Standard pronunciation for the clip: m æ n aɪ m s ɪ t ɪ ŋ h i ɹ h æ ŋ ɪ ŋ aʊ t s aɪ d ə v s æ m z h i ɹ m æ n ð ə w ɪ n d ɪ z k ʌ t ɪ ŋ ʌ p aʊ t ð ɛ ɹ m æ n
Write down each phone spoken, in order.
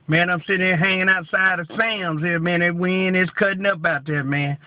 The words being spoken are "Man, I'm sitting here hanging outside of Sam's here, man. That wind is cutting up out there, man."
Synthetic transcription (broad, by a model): m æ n aɪ m s ɪ t ɪ ŋ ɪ h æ ŋ ɪ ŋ aʊ t s aɪ d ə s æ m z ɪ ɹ m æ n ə w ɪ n ɪ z k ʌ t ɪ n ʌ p aʊ t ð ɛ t m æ n